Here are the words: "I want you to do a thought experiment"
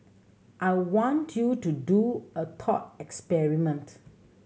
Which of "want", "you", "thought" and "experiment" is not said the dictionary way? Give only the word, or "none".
thought